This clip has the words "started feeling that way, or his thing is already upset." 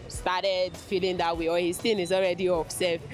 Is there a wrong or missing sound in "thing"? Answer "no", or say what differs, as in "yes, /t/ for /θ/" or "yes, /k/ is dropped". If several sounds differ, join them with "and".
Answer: yes, /t/ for /θ/